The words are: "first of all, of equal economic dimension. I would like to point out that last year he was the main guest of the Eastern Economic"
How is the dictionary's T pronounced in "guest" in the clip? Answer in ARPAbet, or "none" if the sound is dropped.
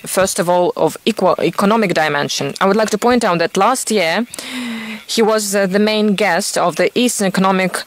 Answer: T